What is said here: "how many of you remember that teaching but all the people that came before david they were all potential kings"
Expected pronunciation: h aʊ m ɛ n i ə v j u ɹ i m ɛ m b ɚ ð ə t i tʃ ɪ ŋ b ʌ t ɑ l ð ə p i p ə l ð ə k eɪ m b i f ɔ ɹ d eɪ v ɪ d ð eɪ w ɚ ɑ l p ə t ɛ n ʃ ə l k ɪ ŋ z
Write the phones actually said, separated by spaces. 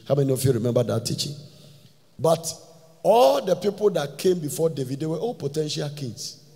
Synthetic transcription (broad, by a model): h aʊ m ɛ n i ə f j u ɹ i m ɛ m b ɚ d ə t i tʃ ɪ ŋ b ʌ t ɑ l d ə p i p ə l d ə k eɪ m b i f ɔ d eɪ v ɪ d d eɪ w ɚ ɑ l p ə t ɛ n ʃ ə l k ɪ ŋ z